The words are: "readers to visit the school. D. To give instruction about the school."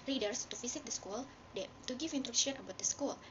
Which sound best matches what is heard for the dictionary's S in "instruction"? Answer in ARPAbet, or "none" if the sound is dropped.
none